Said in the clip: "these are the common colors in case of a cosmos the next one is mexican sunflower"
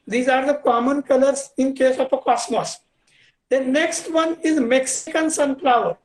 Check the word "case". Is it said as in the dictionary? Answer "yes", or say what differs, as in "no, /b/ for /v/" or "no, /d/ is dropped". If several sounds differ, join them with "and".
yes